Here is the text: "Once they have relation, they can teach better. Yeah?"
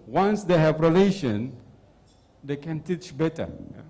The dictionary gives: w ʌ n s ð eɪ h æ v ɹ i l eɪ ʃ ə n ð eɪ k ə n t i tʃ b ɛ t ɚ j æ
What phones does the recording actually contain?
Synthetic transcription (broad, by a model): w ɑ n s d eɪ h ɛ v ɹ i l eɪ ʃ ə n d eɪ k ə n t i tʃ b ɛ t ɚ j